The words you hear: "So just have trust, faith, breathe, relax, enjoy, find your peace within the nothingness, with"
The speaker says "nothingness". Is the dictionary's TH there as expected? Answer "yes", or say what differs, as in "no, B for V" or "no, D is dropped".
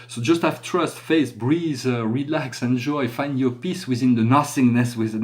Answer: no, S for TH